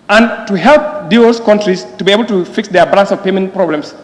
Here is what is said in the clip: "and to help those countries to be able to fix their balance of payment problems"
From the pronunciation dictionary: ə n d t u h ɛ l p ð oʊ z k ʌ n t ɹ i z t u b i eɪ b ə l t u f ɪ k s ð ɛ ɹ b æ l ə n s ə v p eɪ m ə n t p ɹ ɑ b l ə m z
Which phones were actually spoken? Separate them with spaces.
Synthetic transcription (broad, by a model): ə n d t u h ɛ l p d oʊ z k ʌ n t ɹ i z t u b i eɪ b ə l t u f ɪ k s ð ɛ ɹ b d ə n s ə v p eɪ m ə n t p ɹ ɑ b l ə m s